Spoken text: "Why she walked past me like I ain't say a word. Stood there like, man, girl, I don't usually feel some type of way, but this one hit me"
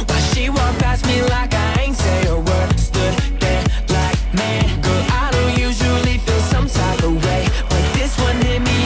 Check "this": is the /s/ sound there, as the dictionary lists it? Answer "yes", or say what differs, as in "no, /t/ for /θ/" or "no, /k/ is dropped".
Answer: yes